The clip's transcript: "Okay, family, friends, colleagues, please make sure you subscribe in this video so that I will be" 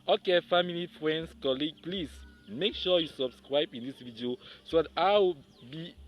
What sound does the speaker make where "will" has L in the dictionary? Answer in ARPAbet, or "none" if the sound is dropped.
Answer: W